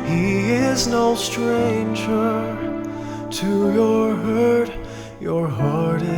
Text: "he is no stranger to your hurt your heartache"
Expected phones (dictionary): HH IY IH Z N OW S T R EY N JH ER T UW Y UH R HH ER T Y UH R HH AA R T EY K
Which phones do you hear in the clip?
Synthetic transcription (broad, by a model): HH IY IH Z N OW S T R EY N JH ER T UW Y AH R HH ER T Y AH R HH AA R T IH